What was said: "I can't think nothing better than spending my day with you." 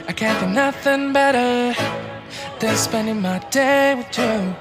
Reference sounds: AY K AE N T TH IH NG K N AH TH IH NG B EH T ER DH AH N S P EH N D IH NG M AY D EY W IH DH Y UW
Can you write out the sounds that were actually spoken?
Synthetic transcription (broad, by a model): AY K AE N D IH N AH TH IH NG B EH T ER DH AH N S P EH N D IH NG M AY D EY W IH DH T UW